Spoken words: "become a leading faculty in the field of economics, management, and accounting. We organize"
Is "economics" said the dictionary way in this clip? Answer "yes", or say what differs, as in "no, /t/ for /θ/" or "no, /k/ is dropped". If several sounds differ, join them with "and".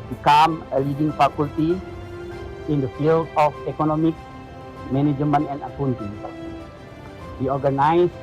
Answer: no, /s/ is dropped